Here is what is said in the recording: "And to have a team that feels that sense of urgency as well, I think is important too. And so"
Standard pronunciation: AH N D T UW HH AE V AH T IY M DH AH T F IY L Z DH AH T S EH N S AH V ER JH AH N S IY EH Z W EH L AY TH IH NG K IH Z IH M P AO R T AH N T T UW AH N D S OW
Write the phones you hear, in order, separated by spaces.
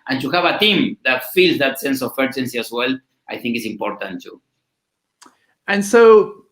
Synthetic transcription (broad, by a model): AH N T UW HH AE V AH T IY M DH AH T F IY L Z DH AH T S EH N S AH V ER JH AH N S IY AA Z W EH L AY TH IH NG K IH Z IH M P AO R T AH N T T UW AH N S OW